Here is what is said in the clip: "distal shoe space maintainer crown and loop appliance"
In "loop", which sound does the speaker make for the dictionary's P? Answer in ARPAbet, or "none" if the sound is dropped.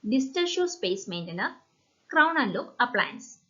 none